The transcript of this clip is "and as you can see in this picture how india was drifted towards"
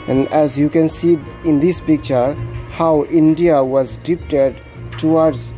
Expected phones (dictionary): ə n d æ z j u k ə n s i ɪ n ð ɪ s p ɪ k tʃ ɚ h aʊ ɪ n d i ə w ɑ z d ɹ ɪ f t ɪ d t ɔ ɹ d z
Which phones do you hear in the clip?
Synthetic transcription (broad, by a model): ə n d æ z j u k ə n s i ɪ n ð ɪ s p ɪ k tʃ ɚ h aʊ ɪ n d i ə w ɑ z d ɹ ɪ p t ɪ d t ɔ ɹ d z